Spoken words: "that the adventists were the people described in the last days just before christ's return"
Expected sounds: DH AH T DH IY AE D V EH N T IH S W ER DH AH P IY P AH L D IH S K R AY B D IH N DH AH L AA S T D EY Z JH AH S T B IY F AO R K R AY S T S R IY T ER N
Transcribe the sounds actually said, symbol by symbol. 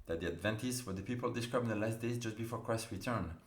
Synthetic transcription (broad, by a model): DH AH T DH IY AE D V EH N T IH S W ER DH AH P IY P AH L D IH S K R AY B IH N DH AH L AA S T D EY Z JH AH S T B IY F AO R K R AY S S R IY T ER N